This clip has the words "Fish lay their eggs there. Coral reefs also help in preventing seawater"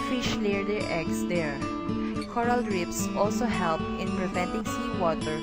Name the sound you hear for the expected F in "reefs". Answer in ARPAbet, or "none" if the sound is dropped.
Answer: P